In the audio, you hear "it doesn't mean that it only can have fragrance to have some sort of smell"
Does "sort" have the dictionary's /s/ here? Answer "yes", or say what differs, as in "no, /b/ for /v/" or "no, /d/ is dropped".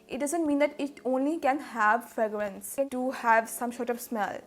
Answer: no, /ʃ/ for /s/